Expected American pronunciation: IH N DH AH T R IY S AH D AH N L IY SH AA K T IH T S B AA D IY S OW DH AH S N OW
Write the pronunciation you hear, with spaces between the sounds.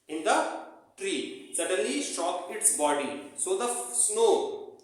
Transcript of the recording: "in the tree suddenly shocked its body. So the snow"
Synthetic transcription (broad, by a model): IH N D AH T R IY S AH D AH N L IY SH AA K IH T S B AA D IY S OW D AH S N OW